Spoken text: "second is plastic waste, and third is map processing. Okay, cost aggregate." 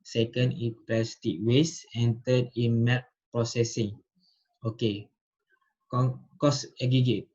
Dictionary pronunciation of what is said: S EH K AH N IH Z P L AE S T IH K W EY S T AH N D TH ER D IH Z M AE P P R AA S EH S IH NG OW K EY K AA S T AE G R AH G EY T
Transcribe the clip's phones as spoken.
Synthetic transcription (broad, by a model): S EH K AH N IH P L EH S T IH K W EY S AH N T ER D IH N M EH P P R AA S EH S IH NG OW K EY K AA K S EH G R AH G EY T